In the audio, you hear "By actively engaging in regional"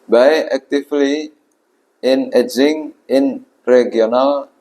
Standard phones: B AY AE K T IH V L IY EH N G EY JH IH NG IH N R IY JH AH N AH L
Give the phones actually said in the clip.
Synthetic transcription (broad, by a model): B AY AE K T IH F L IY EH N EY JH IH NG IH N R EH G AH N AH L